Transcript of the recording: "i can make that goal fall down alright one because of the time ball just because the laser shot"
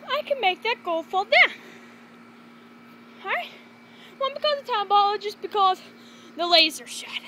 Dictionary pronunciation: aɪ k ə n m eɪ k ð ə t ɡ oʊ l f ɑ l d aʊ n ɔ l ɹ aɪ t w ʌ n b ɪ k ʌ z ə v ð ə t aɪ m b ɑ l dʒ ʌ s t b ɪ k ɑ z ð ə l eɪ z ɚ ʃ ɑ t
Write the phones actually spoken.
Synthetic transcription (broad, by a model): aɪ k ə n m eɪ k ð ə t ɡ oʊ l f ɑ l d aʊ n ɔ ɹ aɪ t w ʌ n b ɪ k ʌ z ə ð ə t aɪ m b ɑ l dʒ ʌ s b ɪ k ɑ z ð ə l eɪ z ɚ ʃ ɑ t